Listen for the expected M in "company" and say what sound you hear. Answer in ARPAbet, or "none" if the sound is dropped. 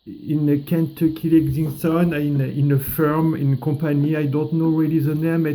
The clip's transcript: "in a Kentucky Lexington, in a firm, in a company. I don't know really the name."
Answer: none